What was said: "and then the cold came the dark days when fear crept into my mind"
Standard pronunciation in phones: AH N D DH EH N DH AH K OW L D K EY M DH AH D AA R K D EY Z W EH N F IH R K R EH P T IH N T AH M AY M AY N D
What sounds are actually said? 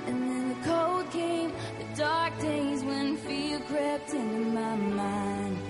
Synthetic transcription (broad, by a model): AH N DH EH N DH AH K OW L D K EY M DH AH D AA R K D EY Z W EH N F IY L K R EH P T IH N M AY M AY N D